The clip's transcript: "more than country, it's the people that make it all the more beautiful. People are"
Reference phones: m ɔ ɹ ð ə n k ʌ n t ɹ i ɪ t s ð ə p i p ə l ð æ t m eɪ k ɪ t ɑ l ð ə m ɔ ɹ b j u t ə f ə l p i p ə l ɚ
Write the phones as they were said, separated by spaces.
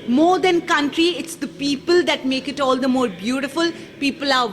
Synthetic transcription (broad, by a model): m ɔ ɹ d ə n k ʌ n t ɹ i ɪ t s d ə p i p ə l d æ t m eɪ k ɪ t ɑ l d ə m ɔ ɹ b j u t ə f ə l p i p ə l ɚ